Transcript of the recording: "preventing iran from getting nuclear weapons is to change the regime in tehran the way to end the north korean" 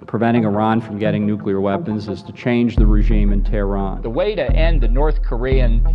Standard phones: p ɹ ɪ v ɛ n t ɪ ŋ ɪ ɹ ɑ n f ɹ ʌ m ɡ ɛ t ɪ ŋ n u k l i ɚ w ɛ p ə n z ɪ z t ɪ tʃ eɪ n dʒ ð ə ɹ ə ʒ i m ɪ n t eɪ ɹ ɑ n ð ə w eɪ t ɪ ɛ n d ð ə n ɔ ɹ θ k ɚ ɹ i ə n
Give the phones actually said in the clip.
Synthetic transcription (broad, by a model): p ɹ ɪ v ɛ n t ɪ ŋ ɪ ɹ ɑ n f ɹ ʌ m ɡ ɛ t ɪ ŋ n u k l i ɚ w ɛ p ə n z ɪ z t ɪ tʃ eɪ n dʒ ð ə ɹ ə ʒ i m ɪ n t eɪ ɹ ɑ n ð ə w eɪ t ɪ ɛ n ð ə n ɔ ɹ θ k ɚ ɹ i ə n